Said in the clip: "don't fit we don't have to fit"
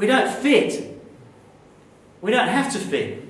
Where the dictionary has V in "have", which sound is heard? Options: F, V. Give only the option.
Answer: F